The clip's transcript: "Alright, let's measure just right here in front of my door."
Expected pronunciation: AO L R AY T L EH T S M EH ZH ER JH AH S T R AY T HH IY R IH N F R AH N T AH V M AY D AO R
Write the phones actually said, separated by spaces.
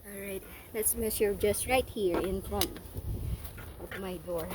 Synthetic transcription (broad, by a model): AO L R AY T L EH T S M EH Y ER JH AH S T R AY T HH IY R IH N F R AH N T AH P M AY D AO R